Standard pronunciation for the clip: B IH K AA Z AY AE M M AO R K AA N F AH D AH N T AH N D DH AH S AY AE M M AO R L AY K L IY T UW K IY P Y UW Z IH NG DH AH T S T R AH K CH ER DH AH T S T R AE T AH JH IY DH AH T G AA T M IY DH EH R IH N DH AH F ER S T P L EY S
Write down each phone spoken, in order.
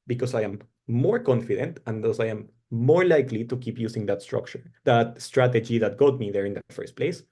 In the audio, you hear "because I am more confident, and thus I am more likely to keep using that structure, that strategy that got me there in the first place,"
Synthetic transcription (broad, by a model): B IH K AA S AY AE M M AO R K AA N F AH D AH N T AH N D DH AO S AY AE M M AO R L AY K L IY T UW K IY P Y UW S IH NG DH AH T S T R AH K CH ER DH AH T S T R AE T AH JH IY DH AH T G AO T M IY DH EH R IH N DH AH F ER S T P L EY S